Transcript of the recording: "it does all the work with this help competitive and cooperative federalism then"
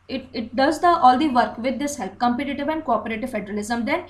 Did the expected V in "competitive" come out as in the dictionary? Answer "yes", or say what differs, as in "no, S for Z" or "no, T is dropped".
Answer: yes